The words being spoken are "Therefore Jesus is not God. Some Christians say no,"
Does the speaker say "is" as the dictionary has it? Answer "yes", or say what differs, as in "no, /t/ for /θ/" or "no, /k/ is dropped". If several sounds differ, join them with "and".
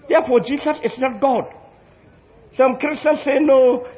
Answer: no, /s/ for /z/